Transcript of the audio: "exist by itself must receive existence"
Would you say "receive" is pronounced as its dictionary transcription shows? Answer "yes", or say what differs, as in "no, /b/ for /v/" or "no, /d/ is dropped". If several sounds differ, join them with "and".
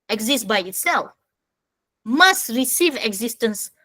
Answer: yes